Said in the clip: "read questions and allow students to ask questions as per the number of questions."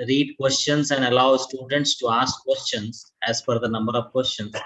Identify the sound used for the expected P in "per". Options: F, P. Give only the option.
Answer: F